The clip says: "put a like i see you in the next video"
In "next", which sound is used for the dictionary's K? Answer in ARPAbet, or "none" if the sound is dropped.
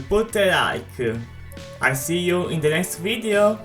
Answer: K